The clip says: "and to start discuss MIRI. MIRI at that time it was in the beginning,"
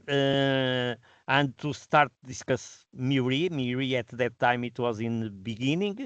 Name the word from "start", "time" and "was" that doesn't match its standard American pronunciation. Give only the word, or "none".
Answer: none